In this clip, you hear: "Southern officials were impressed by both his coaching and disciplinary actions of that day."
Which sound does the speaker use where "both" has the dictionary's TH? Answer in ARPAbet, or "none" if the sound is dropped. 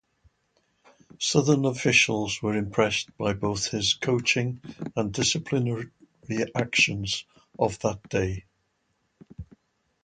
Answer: TH